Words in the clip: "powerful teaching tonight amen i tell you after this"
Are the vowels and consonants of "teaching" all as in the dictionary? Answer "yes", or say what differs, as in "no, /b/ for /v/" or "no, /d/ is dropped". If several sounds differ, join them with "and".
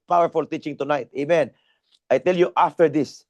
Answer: yes